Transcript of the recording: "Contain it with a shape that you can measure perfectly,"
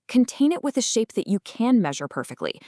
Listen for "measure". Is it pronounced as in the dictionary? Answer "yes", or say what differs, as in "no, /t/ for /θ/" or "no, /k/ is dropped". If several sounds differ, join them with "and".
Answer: yes